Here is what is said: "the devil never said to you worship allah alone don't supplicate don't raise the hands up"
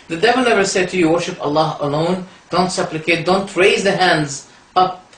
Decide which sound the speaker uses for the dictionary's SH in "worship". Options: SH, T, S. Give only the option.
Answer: SH